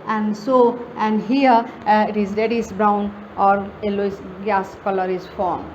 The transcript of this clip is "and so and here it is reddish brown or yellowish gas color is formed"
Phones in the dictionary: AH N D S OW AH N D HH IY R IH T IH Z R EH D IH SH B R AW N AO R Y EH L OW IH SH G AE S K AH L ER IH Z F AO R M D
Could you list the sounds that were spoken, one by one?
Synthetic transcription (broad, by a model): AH N D S OW AH N D HH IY R IH T IH Z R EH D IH S B R AW N AO R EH L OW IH S G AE S K AH L ER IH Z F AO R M